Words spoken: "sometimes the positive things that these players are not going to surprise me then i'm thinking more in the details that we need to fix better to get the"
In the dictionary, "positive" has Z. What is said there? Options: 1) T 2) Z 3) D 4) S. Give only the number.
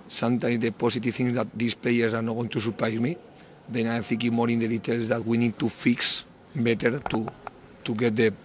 4